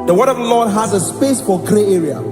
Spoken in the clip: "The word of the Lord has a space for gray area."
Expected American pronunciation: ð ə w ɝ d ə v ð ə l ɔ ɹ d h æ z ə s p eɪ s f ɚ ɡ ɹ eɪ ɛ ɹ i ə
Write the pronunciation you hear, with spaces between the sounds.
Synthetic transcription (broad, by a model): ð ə w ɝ d ə v ð ə l ɔ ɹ d h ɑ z ə s p eɪ s f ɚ ɡ ɹ eɪ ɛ ɹ i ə